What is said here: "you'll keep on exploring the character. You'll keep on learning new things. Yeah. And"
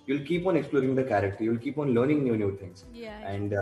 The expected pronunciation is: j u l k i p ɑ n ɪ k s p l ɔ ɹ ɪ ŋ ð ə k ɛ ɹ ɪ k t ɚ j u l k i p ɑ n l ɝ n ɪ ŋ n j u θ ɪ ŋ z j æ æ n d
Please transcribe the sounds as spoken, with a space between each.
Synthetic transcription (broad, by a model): j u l k i p ɑ n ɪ k s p l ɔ ɹ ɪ ŋ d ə k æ ɹ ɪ k t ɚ j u l k i p ɑ n l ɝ n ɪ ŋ n j u t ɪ ŋ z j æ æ n d